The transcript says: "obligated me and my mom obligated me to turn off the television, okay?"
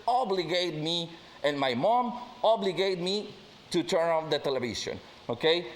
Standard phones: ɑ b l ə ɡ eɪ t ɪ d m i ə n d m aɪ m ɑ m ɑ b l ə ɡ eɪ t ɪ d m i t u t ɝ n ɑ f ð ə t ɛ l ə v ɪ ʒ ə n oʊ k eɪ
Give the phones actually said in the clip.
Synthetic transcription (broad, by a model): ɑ b l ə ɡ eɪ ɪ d m i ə n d m aɪ m ɑ m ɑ b l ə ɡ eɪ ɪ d m i t u t ɝ n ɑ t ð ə t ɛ l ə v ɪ s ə n oʊ k eɪ